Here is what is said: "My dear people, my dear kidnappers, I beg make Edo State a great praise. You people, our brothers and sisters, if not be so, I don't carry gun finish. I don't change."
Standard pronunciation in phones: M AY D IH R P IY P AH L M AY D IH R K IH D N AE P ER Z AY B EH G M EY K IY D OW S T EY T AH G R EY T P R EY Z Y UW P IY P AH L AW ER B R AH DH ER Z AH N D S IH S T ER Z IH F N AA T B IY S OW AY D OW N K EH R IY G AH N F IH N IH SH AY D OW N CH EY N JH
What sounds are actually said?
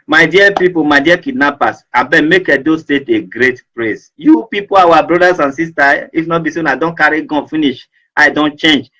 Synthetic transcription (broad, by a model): M AY D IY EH P IY P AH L M AY D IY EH K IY D N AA P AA S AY B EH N M EY K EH D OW S T EY T AH G R EY T P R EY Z Y UW P IY P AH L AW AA B R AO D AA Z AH N S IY S T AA IH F N AA T B IY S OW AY D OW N K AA R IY G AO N F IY N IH SH AY D OW N CH EY N JH